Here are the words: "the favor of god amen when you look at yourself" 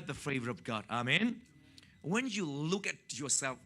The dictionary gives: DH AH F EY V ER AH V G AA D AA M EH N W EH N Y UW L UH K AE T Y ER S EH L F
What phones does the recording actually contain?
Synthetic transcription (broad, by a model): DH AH F EY V ER AH V G AA D AA M EH N W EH N Y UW L UH K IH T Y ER S EH L F